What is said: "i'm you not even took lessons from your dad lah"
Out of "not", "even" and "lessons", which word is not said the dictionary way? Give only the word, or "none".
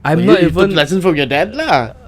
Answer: lessons